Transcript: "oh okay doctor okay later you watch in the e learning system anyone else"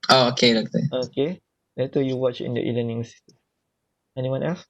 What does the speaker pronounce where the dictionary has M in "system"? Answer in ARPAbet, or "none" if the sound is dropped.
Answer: none